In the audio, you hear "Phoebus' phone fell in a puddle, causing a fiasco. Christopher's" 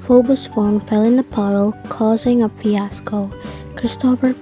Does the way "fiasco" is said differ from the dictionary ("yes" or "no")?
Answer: yes